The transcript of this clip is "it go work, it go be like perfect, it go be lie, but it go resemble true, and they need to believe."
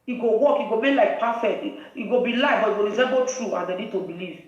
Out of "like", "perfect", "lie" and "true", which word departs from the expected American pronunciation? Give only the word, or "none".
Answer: perfect